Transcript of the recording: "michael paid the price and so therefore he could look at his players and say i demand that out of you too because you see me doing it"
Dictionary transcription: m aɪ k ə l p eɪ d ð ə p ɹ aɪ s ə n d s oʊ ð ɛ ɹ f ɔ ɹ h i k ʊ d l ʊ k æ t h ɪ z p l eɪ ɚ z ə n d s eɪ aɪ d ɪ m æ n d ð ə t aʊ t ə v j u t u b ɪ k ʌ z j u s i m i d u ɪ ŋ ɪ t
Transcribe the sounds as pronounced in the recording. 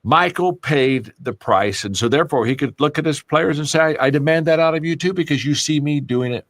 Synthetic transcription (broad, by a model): m aɪ k l p eɪ d ð ə p ɹ aɪ s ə n s oʊ ð ɛ ɹ f ɔ ɹ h i k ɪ d l ʊ k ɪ t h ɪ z p l eɪ ɚ z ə n s eɪ aɪ d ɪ m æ n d ð ə t aʊ t ə v j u t u b ɪ k ʌ z j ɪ s i m i d u ɪ ŋ ɪ t